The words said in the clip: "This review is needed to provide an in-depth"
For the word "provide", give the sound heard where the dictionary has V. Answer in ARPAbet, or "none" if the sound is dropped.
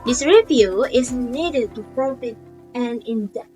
F